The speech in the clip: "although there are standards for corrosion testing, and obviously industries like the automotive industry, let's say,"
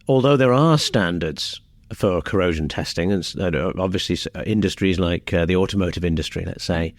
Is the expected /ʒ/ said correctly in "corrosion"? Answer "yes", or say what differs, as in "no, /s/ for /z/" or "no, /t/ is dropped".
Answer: yes